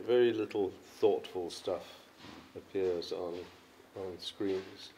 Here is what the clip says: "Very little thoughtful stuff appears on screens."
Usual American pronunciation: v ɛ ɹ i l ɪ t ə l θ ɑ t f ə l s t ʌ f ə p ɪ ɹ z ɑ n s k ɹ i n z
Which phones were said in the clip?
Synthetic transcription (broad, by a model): v ɛ ɹ i l ɪ t l θ ɑ t f ə l s t ʌ f ə p ɪ ɹ z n n s k ɹ i n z